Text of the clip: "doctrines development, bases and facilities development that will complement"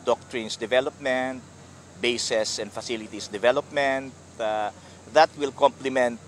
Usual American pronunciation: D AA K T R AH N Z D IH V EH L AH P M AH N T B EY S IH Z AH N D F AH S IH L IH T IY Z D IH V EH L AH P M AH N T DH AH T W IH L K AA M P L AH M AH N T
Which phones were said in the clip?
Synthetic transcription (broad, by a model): D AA K T R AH N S D IH V EH L AH P M AH N T B EY S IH S AH N D F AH S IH L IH T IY S D IH V EH L AH P M AH N T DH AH T W IH L K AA M P L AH M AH N T